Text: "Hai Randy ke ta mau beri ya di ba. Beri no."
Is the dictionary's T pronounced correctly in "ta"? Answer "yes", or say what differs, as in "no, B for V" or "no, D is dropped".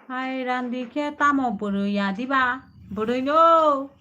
yes